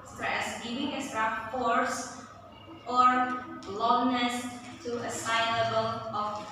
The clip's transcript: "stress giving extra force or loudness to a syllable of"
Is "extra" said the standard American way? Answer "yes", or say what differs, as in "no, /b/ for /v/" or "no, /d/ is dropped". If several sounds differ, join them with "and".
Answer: no, /k/ is dropped